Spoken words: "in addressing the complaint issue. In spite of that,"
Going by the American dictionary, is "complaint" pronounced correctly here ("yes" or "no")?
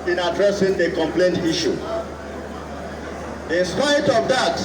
yes